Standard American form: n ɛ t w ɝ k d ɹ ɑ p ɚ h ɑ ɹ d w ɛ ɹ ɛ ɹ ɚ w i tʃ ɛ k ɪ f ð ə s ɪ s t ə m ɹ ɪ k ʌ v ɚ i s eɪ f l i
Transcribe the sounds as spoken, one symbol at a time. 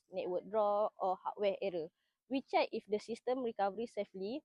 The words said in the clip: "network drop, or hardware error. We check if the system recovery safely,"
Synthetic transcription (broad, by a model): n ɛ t w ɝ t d ɹ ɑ ɔ h ɑ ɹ w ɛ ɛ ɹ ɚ w i tʃ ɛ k ɪ f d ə s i s t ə m ɹ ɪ k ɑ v ɚ i s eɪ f l i